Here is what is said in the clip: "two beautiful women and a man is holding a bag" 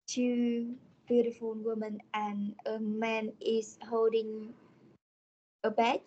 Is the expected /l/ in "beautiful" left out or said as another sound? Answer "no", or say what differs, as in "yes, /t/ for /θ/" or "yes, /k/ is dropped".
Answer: yes, /n/ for /l/